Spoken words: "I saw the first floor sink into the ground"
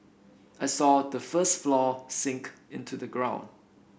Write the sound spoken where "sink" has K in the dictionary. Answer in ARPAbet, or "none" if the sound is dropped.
K